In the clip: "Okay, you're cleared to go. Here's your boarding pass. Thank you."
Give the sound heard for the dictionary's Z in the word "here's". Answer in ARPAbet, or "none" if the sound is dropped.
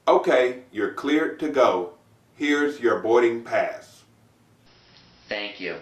Z